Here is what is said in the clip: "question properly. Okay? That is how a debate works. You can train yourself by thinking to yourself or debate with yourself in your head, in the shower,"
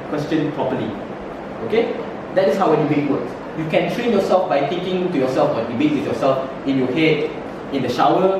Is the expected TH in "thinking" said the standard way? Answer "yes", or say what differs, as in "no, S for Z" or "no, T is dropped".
no, T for TH